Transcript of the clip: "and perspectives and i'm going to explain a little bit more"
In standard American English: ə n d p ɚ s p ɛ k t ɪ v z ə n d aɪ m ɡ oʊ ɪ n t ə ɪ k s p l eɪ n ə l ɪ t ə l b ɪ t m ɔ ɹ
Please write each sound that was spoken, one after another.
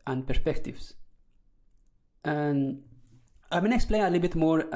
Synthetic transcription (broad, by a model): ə n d p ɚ s p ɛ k t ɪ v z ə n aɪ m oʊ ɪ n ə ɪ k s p l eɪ ə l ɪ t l b ɪ t m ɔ ɹ